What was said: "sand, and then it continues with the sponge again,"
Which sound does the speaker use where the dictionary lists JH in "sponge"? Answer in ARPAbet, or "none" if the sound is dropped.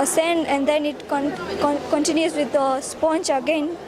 CH